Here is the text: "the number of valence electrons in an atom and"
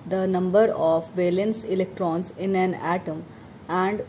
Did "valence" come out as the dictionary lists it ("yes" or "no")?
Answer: yes